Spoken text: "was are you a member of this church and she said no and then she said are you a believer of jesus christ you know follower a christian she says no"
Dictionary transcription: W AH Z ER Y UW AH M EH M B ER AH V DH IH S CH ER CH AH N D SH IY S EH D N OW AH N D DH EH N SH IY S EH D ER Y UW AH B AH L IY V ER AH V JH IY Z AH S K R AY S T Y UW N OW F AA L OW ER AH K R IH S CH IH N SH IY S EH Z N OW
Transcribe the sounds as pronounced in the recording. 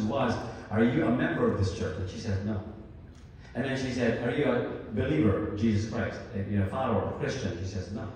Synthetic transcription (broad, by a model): W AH Z ER Y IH AH M EH M B ER AH V DH IH S CH ER CH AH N SH IY S EH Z N OW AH N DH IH N SH IY S EH D ER Y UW AH B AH L IY V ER AH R JH IY Z AH S K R AY S T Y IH N OW F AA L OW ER AH K R IH S CH IH N SH IY S EH Z N OW